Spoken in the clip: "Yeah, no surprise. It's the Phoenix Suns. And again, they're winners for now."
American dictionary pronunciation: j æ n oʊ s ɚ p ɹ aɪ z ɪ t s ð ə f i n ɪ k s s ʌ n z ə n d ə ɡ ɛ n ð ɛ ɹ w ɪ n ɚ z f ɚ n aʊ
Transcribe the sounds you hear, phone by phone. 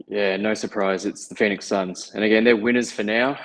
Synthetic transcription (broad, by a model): j æ n oʊ s ɚ p ɹ aɪ z ɪ t s ð ə f i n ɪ k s s ʌ n z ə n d ə ɡ ɛ n ð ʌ ɹ w ɪ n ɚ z f ɚ n aʊ